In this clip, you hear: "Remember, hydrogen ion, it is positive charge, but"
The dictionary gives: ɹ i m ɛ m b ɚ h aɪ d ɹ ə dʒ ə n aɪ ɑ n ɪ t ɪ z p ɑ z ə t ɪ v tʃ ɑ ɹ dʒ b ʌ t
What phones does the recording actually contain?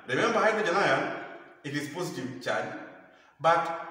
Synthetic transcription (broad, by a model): ɹ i m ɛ m b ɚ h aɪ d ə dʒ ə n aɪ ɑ ɪ t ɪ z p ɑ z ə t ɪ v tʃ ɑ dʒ b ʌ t